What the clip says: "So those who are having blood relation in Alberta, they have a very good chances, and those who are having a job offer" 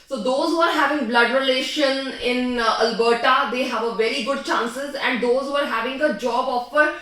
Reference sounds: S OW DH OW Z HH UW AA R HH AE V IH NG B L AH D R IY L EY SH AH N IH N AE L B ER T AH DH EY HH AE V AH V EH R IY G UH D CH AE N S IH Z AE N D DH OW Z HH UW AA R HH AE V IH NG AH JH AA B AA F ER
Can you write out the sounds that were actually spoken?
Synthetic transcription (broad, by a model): S OW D OW Z HH UW AA R HH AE V IH NG B L AH D R IY L EY SH AH N IH N AE L B ER T AH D EY HH AE V AH V EH R IY G UH D CH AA N S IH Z AE N D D OW Z HH UW AA R HH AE V IH NG AH JH AA B AA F ER